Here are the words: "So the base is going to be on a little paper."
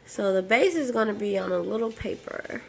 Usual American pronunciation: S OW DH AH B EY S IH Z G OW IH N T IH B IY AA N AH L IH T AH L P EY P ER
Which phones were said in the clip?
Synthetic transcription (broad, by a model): S OW DH AH B EY S IH Z G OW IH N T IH B IY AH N AH L IH T L P EY P ER